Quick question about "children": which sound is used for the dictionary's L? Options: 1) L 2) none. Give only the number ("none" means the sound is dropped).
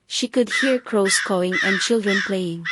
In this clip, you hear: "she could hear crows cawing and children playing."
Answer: 1